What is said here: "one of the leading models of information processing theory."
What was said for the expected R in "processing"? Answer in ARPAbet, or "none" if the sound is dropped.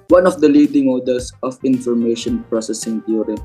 R